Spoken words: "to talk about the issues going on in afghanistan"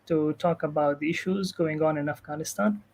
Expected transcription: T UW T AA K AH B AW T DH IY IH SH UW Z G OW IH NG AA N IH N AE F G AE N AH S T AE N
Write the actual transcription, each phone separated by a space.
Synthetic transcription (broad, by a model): T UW T AA K AH B AW T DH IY IH SH UW Z G OW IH NG AA N IH N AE F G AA N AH S T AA N